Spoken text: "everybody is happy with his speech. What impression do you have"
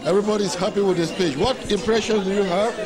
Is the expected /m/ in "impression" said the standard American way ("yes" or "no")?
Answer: yes